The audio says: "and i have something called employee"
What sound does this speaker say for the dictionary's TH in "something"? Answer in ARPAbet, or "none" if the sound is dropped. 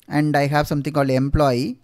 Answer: T